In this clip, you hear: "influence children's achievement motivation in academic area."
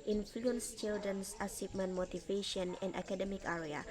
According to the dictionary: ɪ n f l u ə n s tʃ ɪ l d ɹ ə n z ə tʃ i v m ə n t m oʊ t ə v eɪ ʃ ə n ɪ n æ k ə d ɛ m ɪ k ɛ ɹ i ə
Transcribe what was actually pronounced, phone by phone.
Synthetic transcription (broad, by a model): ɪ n f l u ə n s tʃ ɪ l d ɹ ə n s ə s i p m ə n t m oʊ t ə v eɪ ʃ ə n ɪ n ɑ k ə d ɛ m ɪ k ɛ ɹ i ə